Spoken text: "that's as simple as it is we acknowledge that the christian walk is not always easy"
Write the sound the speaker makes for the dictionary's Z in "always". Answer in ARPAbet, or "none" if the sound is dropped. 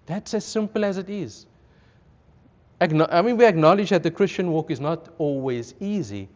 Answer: Z